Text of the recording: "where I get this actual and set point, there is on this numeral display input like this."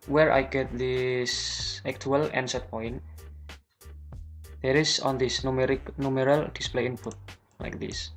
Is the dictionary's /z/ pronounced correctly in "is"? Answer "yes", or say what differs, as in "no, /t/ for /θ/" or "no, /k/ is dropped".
no, /s/ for /z/